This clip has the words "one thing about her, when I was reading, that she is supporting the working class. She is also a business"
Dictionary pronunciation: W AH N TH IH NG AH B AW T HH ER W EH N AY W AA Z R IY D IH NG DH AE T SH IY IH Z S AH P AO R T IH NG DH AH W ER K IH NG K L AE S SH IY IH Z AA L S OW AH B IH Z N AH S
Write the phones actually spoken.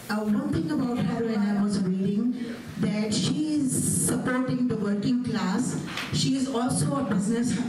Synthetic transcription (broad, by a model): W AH N T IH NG AH B AW T HH ER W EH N AY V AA Z R IY D IH NG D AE T SH IY IH Z S AH P AO R T IH NG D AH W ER K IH NG K L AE S SH IY IH Z AA L S OW AH B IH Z N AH S